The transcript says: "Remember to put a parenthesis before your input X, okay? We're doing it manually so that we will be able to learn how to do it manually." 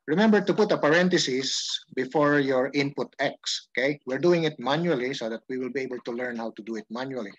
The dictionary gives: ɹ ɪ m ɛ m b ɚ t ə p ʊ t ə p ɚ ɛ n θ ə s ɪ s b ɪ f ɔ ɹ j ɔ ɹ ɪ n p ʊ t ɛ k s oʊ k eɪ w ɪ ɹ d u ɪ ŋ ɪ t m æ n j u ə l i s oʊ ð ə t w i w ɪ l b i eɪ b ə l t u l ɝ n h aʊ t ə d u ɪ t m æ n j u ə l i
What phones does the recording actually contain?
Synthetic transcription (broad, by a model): ɹ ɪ m ɛ m b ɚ t ə p ʊ t ə p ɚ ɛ n t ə s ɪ s b ɪ f ɔ ɹ j ɔ ɹ ɪ n p ʊ t ɛ k s oʊ k eɪ w ɪ ɹ d u ɪ ŋ ɪ t m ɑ n j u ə l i s oʊ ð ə t w i w ɪ l b i eɪ b ə l t u l ɝ n h aʊ t ə d u ɪ t m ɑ n j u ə l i